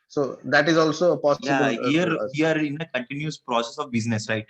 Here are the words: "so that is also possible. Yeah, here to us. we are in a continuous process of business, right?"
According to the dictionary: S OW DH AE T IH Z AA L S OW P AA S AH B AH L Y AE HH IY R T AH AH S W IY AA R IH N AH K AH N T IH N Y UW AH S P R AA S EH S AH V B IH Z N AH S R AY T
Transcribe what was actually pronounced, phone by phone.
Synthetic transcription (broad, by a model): S OW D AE T IH Z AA L S OW P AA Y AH AH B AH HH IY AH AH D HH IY AA R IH N AH K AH N T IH N Y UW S P R AA S EH S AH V B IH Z N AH S R AY T